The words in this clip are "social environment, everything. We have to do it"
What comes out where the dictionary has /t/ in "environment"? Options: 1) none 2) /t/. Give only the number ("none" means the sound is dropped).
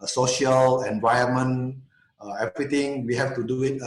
1